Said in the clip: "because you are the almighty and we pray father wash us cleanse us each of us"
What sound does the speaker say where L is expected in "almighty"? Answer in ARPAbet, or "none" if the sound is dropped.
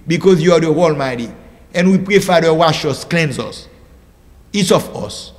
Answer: L